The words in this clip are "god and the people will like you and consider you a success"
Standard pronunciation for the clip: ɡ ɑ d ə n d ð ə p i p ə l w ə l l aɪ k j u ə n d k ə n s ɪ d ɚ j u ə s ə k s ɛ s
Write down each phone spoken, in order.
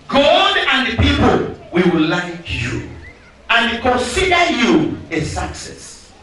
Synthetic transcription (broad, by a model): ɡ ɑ d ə n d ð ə p i p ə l w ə w l aɪ k j u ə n k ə n s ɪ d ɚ j u ə s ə k s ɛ s